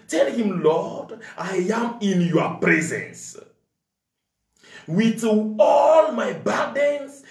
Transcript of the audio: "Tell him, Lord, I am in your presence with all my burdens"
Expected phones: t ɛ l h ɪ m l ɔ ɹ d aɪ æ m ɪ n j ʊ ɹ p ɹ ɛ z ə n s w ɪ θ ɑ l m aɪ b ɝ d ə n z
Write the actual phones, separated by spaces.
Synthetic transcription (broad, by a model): t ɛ l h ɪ m l ɔ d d aɪ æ m ɪ n j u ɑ p ɹ ɛ z ə n s w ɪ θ ɑ l m aɪ b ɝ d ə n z